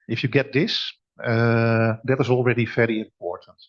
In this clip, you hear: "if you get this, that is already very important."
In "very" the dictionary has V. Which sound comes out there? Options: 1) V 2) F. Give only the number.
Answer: 2